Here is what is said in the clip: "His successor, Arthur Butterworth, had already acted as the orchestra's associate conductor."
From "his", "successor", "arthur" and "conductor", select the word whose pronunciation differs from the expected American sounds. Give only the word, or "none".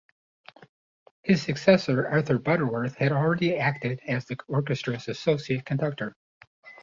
none